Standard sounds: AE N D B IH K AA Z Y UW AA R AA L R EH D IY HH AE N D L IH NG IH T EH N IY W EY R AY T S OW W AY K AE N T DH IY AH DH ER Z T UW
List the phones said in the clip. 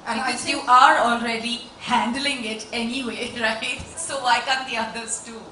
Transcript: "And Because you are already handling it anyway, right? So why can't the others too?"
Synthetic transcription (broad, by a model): B IH K AA Z Y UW AA R AA L R EH D IY HH AE N D L IH NG IH T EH N IY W EY R AY T S OW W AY K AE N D IY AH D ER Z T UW